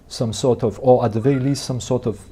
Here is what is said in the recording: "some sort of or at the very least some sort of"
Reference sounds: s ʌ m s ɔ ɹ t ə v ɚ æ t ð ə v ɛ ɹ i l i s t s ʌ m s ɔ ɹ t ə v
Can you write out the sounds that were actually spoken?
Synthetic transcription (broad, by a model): s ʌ m s ɔ ɹ t ə v ɚ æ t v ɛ i l i s t s ʌ m s ɔ ɹ t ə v